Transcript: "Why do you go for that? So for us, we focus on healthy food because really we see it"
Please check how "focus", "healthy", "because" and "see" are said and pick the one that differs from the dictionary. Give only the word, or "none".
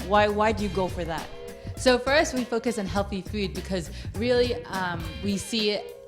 none